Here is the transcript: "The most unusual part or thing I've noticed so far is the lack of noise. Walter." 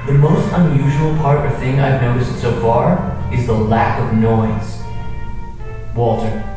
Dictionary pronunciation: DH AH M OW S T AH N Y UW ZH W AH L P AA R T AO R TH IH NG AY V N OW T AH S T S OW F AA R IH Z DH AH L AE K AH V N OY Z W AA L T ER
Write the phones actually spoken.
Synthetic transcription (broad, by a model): DH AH M OW S T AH N Y UW ZH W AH L P AA R T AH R TH IH NG AY V N OW T AH S T S OW F AA R IH Z DH AH L AE K AH V N OY Z W AA L T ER